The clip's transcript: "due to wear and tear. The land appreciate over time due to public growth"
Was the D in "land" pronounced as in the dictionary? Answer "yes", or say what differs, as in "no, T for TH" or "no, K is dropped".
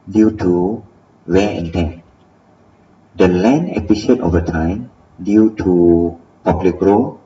no, D is dropped